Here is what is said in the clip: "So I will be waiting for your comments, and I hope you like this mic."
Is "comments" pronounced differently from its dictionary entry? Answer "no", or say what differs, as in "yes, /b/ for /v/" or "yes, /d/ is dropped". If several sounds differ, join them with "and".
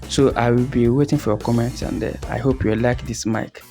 yes, /s/ is dropped